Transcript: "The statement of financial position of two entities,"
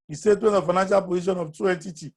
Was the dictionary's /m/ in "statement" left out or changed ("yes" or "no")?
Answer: yes